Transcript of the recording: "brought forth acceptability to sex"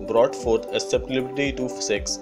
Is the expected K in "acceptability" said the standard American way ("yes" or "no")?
no